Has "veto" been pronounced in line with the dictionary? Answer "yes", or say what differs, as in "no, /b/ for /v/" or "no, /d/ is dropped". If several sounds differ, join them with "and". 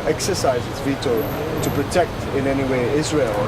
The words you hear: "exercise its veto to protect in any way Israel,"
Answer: yes